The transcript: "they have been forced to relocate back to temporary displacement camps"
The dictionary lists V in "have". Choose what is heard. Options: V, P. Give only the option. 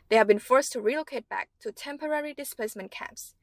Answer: V